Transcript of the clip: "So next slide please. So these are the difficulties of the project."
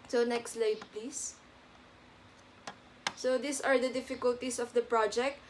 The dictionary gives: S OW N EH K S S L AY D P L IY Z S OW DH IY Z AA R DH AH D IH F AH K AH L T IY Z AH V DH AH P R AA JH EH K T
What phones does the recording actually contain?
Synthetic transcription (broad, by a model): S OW N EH K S S L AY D P L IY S S OW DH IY S AA R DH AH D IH F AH K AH L T IY S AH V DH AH P R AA JH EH K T